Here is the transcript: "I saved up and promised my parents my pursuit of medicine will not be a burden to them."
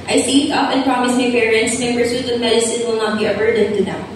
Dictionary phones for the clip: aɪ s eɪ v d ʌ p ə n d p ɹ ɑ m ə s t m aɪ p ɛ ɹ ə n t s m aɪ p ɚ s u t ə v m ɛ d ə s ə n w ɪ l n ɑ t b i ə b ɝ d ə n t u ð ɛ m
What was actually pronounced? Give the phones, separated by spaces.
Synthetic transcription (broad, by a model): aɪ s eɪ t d ʌ p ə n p ɹ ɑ m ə s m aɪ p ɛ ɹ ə n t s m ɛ b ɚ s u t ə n m ɛ d ə s ə n w ɪ l n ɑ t b i ə b ɝ d ə n t u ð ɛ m